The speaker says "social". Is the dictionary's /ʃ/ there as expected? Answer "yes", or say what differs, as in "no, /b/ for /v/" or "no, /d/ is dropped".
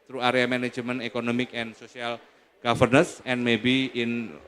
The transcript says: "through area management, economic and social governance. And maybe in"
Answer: no, /s/ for /ʃ/